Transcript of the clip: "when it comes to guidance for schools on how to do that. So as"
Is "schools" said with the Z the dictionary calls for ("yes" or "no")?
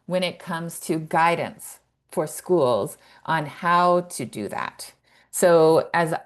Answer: yes